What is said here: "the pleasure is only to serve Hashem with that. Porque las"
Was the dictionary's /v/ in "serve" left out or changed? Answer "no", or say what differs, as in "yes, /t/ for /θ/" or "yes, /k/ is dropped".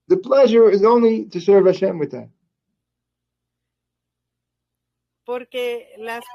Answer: no